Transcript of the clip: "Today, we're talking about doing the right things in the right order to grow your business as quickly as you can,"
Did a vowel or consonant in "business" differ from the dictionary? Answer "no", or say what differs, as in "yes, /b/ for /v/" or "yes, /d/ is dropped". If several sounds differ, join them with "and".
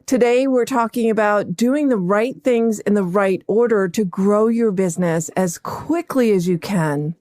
no